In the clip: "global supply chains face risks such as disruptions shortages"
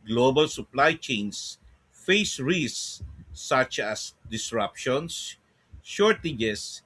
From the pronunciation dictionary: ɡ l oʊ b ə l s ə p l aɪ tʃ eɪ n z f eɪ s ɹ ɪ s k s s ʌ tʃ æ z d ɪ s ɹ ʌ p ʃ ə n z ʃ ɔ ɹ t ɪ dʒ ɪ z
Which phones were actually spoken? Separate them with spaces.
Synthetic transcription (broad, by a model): ɡ l oʊ b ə l s ə p l aɪ tʃ eɪ n s f eɪ s ɹ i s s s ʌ tʃ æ s d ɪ s ɹ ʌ p ʃ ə n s ʃ ɔ ɹ t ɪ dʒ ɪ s